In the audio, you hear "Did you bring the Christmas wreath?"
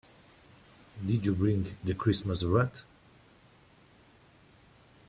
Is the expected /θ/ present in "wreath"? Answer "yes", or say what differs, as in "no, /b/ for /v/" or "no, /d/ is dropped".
no, /t/ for /θ/